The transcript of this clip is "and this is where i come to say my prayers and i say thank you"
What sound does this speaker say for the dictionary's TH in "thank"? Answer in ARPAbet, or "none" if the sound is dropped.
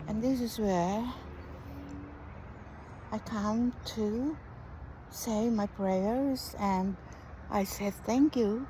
TH